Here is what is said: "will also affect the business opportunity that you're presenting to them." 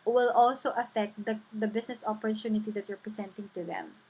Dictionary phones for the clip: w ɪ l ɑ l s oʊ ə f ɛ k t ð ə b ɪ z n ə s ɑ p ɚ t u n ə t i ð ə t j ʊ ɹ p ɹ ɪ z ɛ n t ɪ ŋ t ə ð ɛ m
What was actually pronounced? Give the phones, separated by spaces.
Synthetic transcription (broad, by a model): w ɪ l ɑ l s oʊ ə f ɛ k t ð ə b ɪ s n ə s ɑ p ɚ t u n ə t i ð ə t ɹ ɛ p ɹ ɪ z ɛ n t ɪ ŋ t ə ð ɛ m